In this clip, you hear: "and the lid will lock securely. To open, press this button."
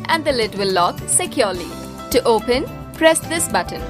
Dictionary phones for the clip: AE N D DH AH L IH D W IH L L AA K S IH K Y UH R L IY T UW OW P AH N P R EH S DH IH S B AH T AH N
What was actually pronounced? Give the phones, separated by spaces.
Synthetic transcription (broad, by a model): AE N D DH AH L IH D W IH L L AA K S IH K Y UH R L IY T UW OW P AH N P R EH S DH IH S B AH T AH N